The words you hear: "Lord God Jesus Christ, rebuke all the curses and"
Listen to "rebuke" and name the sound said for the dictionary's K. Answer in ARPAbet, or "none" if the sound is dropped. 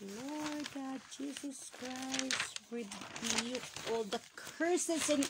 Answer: none